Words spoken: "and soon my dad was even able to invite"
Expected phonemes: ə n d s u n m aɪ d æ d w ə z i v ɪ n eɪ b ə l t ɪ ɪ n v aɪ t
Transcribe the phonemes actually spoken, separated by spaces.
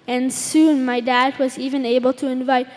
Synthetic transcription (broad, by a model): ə n s u n m aɪ d æ d w ə z i v ɪ n eɪ b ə l t ɪ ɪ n v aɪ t